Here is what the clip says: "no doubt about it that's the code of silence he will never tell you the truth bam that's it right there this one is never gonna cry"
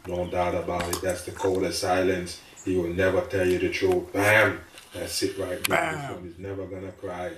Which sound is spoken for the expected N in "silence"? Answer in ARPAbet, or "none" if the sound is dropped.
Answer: N